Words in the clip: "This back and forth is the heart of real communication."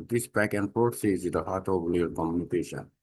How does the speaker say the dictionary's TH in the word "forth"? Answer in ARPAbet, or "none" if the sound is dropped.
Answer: S